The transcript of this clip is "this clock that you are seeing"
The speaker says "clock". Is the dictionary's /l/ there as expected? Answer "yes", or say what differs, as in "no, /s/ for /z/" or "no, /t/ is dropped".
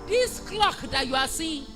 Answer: yes